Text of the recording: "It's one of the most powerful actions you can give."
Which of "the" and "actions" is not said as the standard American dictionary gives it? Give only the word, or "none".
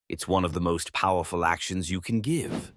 none